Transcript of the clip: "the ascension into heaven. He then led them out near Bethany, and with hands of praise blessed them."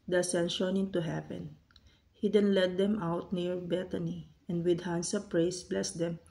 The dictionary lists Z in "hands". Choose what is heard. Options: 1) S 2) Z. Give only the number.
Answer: 1